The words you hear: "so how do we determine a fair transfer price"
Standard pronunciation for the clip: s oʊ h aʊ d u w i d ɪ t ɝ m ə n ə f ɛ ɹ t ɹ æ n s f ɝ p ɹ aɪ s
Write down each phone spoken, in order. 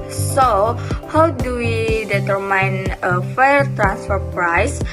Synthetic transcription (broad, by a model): s oʊ h aʊ d u w i d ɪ t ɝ m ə n ə f ɛ ɹ t ɹ æ n s f ɝ p ɹ aɪ s